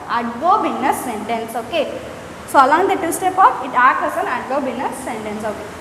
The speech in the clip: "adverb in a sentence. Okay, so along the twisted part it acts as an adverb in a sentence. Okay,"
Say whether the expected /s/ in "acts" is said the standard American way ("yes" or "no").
no